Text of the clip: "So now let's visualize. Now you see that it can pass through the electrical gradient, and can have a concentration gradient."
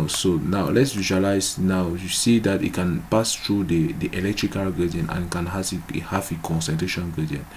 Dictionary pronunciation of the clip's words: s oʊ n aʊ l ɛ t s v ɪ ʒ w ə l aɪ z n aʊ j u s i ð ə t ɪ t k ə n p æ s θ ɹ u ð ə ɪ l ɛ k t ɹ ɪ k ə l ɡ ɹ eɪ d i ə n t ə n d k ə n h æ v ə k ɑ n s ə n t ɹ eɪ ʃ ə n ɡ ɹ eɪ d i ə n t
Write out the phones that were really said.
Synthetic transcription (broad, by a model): s oʊ n aʊ l ɛ t s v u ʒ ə l aɪ s n aʊ j u s i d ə t ɪ t k ə n p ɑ s t ɹ u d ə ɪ l ɛ k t ɹ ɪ k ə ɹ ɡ ɑ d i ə n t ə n k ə n h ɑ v ə k ɑ n s ə n t ɹ eɪ ʃ ə n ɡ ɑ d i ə n